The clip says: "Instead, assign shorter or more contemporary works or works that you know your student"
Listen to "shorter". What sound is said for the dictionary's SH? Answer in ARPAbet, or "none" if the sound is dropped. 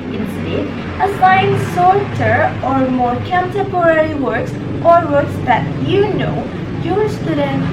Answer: S